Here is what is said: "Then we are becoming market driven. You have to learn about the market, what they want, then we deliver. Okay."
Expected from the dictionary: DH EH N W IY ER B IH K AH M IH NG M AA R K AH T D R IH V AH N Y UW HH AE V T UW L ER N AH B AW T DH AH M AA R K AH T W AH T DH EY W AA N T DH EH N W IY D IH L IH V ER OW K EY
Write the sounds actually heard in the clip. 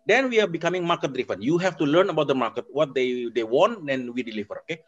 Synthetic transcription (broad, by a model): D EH N W IY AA B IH K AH M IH NG M AA R K AH T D R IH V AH N Y UW HH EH F T UW L ER N AH B AW T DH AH M AA R K AH T W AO T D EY W AA N T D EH N W IY D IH L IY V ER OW K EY